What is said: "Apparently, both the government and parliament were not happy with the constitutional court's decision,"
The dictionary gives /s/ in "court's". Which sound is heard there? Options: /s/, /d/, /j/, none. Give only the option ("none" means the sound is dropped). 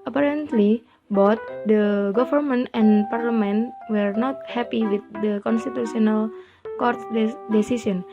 none